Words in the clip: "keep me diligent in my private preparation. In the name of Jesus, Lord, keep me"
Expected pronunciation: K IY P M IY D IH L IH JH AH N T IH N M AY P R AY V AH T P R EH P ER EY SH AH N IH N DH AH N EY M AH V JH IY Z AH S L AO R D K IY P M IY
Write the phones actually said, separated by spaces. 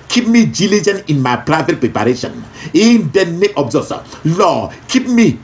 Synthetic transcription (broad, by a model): K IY P M IY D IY L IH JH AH N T IH N M AY P R AY V AH T P R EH P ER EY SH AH N IH N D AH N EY AH B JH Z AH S L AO K IY P M IY